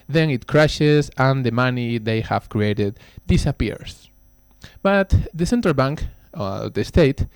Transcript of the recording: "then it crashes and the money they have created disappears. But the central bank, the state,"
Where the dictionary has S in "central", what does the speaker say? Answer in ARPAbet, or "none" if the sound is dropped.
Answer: S